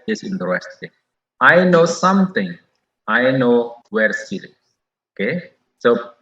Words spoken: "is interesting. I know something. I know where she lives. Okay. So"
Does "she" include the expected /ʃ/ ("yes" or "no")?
no